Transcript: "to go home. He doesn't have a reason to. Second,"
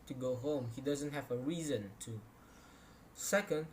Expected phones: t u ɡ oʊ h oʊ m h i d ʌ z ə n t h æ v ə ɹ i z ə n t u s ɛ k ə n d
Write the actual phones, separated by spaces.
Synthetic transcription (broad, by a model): t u ɡ oʊ h oʊ m h i d ʌ z ə n t h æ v ə ɹ i z ə n t u s ɛ k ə n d